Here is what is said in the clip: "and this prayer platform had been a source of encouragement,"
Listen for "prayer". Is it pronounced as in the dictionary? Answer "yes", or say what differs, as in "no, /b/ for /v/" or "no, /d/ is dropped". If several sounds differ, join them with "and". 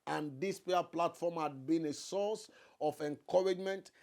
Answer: no, /ɹ/ is dropped